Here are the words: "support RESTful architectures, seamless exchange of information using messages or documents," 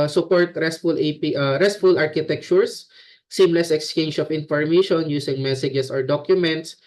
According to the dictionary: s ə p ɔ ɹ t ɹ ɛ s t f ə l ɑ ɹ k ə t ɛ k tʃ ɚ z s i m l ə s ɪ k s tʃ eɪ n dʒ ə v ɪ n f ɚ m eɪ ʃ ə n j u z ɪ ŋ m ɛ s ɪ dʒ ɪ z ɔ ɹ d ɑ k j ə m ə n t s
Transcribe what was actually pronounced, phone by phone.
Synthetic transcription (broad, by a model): s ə p ɔ ɹ t ɹ ɛ s t f ə l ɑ ɹ k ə t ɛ k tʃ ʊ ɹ s i m l ə s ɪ k s tʃ eɪ n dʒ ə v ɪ n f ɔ m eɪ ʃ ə n j u s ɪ ŋ m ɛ s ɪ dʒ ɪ s ɔ ɹ d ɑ k j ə m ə n t s